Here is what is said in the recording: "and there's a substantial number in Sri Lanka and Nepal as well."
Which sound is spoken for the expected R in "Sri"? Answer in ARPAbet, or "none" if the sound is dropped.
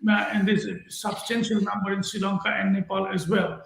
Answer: none